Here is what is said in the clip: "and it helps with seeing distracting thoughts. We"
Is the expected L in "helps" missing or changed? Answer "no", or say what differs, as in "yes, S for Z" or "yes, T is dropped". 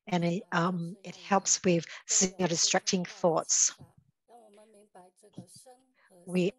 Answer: no